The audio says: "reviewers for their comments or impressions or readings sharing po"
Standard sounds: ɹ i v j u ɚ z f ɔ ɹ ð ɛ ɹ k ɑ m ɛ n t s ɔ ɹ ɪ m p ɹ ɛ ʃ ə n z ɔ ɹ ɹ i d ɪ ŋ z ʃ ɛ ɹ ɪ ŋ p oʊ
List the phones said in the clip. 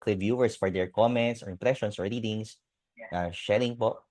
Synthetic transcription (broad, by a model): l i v j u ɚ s f ɔ ɹ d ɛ ɹ k ɑ m ɛ n t s ɔ ɹ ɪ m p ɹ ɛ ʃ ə n s ɔ ɹ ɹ i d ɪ ŋ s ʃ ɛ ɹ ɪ ŋ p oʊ